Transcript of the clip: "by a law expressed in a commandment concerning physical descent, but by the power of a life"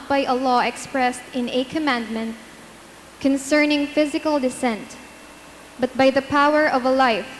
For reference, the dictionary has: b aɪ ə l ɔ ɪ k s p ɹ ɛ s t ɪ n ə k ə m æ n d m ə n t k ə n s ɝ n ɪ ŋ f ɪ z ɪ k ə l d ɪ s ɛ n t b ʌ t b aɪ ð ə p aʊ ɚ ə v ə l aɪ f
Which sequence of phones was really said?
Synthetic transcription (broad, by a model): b aɪ ə l ɔ ɪ k s p ɹ ɛ s t ɪ n ə k ə m æ n d m ə n t k ə n s ɝ n ɪ ŋ f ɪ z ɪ k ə l d ɪ s ɛ n t b ʌ t b aɪ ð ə p aʊ ɚ ə v ə l aɪ f